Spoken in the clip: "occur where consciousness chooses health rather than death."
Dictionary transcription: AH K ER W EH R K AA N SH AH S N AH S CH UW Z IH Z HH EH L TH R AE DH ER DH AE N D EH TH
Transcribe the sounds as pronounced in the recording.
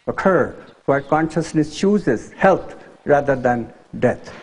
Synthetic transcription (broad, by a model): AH K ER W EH K AA N SH AH S N AH S CH UW Z IH Z HH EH L T R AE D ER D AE N D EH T